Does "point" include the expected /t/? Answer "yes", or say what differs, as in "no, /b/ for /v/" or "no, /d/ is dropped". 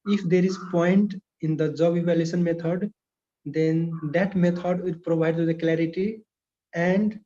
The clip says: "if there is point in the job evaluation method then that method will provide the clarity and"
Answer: yes